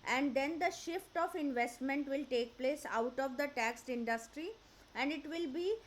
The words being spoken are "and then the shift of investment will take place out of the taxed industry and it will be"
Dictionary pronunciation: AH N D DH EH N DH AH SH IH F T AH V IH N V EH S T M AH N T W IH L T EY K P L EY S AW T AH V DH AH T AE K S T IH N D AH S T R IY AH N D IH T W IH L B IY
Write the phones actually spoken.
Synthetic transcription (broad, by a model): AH N D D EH N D AH SH IH F T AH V IH N V EH S T M AH N T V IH L T EY K P L EY S AW T AH V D AH T AE K S T IH N D AH S T R IY AH N D IH T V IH L B IY